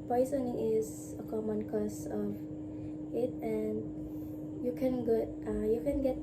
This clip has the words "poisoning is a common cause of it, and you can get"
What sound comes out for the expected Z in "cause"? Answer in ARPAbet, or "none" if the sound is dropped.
S